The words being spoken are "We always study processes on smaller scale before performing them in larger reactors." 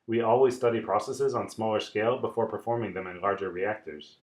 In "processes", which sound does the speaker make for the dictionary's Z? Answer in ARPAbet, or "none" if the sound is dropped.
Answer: Z